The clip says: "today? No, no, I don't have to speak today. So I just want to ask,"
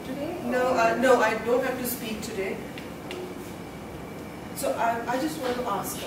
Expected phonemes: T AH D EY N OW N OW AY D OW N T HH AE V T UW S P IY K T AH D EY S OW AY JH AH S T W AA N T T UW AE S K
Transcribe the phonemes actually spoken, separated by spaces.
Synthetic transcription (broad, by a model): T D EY N OW N OW AY D OW N T HH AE F T UW S P IY K T AH D EY S OW AY JH AH S T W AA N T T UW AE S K